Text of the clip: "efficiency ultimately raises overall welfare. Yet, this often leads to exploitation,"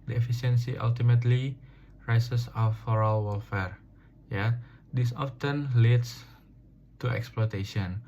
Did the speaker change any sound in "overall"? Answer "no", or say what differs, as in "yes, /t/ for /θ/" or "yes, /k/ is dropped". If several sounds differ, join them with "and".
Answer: yes, /f/ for /v/